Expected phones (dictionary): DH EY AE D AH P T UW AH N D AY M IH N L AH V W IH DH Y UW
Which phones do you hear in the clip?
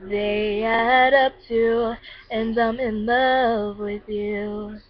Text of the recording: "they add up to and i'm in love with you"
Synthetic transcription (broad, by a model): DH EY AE D AH P T UW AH N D AY M IH N L AH V W IH DH Y UW